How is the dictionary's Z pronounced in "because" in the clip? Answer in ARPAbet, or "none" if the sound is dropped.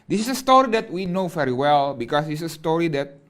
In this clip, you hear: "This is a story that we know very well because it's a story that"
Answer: S